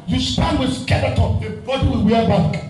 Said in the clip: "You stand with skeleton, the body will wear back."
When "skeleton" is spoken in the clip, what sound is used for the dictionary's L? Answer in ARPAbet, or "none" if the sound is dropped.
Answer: N